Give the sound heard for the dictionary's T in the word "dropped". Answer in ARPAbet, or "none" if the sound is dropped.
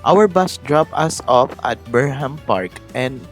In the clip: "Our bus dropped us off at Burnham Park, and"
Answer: none